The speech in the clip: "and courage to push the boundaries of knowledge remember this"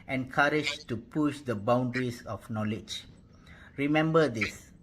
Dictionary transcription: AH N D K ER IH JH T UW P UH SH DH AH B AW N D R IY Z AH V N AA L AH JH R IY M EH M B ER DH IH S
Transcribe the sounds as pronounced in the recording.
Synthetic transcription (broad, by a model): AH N K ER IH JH T UW P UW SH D AH B AW N D R IY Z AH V N AA L AH JH R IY M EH M B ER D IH S